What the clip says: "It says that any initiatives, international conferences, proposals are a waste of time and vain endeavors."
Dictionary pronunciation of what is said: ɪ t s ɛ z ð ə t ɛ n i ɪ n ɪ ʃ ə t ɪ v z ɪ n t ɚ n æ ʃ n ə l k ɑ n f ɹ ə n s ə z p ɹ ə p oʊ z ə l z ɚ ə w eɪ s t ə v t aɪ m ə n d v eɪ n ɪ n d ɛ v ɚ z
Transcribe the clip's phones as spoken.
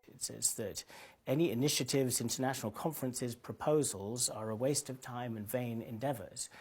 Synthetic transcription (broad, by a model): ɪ t s ɛ z ð ə t ɛ n i ɪ n ɪ ʃ ə t ɪ v z ɪ n t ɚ n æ ʃ n l k ɑ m f ɹ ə n s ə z p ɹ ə p oʊ z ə l z ɚ ə w eɪ s t ə v t aɪ m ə n v eɪ n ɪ n d ɛ v ɚ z